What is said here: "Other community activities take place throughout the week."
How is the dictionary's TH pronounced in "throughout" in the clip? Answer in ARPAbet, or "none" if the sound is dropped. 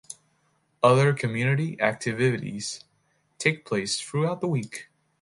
TH